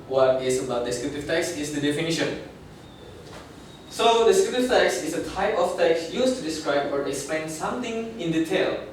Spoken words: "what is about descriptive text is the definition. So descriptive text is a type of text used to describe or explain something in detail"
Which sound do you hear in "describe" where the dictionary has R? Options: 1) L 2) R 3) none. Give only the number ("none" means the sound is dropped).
2